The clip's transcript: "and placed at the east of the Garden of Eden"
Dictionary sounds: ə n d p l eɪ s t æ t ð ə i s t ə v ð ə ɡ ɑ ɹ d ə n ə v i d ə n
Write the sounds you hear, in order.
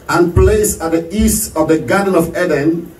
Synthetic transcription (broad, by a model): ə n p l eɪ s æ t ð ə i s t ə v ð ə ɡ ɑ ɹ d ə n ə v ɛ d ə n